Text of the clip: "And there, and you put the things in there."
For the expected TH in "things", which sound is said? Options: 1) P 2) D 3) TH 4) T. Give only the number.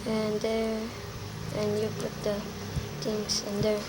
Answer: 4